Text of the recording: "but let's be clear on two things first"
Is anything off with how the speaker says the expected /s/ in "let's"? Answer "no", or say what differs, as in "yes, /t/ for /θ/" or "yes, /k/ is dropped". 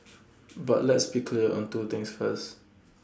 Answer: no